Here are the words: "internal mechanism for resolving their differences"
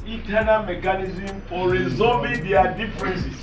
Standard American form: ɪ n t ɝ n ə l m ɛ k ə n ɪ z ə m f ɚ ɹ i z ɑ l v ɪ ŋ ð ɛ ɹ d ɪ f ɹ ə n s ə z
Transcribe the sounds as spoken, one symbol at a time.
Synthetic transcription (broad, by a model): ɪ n t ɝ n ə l m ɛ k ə n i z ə m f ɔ ɹ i z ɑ v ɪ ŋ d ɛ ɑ d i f ɹ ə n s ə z